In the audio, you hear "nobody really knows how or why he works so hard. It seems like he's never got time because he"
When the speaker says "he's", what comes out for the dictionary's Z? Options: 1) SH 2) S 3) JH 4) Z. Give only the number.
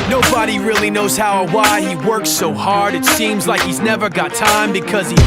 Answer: 4